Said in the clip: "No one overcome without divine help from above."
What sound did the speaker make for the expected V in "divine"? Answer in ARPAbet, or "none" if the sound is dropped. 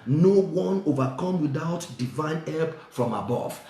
V